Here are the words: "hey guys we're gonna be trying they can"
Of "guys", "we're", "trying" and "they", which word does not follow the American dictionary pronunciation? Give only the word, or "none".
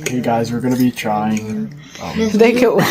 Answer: none